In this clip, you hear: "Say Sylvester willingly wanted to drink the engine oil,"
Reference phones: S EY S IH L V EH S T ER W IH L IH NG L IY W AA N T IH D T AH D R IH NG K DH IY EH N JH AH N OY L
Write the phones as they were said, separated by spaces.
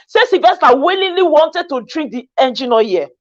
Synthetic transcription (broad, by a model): S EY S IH V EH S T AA W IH L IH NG L IY W AA N T IH D T AH D R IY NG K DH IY EH N JH AH N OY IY